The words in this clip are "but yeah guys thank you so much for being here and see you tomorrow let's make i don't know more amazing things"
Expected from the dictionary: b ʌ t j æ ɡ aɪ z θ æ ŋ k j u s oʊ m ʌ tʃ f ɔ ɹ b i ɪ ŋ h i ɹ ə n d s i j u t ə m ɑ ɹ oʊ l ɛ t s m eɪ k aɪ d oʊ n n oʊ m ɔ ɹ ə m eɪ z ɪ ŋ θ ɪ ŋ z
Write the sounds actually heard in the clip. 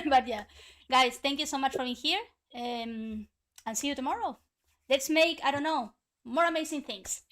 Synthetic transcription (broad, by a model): b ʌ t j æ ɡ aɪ s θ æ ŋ k j u s oʊ m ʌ tʃ f ɔ ɹ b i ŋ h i ɹ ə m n s i j u t ə m ɑ ɹ oʊ l ɛ t s m eɪ k aɪ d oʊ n n oʊ m ɔ ɹ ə m eɪ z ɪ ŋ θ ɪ ŋ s